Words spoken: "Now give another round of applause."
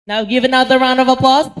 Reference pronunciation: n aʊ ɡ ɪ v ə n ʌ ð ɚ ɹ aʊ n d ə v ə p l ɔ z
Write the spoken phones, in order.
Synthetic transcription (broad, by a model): n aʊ ɡ ɪ v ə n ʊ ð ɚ ɹ aʊ n d ə v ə p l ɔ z